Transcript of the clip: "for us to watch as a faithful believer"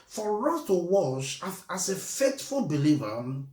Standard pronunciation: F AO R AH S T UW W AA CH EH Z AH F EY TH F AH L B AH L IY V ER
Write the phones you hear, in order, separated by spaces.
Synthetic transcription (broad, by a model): F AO R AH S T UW W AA SH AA S AH F EY T F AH L B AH L IY V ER